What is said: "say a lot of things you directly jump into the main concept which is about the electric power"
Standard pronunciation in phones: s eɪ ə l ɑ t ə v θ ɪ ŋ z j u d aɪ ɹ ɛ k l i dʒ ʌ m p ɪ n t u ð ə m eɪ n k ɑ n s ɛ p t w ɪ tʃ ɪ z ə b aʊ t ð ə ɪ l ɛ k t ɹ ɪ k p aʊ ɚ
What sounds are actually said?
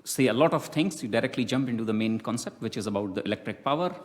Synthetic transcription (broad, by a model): s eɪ ə l ɑ t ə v t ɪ ŋ s j u d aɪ ɹ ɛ k l i dʒ ʌ m p ɪ n t u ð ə m eɪ n k ɑ n s ɛ p t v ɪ tʃ ɪ z ə b aʊ t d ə ɪ l ɛ k t ɹ ɪ k p aʊ ɚ